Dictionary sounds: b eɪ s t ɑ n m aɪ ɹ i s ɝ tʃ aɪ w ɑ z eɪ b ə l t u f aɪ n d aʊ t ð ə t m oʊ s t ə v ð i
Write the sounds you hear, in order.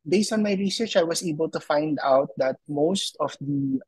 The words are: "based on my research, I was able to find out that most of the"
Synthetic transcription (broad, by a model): b eɪ s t ɑ n m aɪ ɹ i s ɝ tʃ aɪ w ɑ s eɪ b ə l t u f aɪ n d aʊ t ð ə t m oʊ s t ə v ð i